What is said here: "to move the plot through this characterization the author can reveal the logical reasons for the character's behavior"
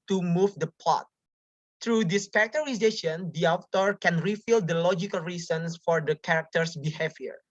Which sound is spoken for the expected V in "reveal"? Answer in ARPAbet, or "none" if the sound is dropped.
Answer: F